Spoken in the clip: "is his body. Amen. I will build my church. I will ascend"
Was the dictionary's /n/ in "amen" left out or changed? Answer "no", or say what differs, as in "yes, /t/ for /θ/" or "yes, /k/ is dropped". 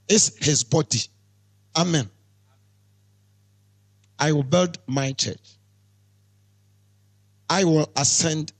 no